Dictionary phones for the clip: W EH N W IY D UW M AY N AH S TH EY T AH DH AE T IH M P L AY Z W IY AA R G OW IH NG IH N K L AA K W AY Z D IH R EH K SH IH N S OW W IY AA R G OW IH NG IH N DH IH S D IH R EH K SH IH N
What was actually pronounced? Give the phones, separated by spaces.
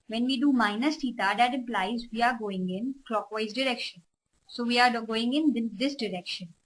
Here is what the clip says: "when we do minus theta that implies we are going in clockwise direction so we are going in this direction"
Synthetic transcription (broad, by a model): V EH N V IY D UW M AY N AH S T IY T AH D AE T IH M P L AY Z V IY AA R G OW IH NG IH N K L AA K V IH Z D IH R EH K SH IH N S OW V IY AA R G OW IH NG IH N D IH S D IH R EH K SH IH N